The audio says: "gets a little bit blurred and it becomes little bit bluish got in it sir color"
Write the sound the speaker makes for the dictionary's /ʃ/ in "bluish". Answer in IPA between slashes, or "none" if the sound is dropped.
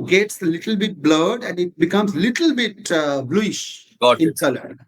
/ʃ/